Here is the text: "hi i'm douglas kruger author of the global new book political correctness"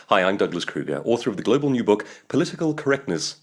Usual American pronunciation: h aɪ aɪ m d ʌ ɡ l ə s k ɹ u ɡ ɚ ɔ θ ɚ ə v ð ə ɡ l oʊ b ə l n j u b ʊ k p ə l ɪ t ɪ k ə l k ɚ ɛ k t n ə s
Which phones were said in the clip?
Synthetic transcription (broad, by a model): h aɪ aɪ m d ʌ ɡ l ə s k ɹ u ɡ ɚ ɔ θ ɚ ə v ð ə ɡ l oʊ b ə l n j u b ʊ k p ə l ɪ t ɪ k ə l k ɚ ɛ k t n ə s